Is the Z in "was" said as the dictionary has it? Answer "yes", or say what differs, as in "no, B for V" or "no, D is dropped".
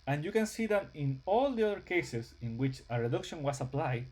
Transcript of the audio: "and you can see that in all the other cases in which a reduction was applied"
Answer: no, S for Z